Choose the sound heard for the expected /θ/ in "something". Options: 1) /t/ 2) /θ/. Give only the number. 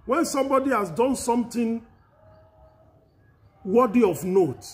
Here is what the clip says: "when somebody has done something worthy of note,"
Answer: 1